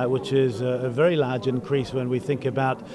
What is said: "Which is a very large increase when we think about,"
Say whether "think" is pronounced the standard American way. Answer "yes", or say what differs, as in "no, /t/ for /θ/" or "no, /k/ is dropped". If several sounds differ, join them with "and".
yes